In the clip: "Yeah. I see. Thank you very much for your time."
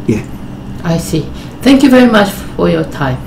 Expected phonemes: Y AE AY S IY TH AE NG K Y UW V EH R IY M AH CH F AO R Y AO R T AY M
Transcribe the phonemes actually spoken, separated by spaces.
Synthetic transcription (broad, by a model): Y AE AY S IY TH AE NG K Y UW V EH R IY M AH CH F AO R Y AO R T AY M